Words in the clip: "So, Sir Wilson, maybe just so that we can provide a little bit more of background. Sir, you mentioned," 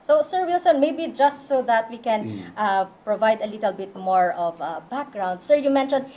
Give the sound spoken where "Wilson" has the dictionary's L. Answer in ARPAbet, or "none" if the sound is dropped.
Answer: L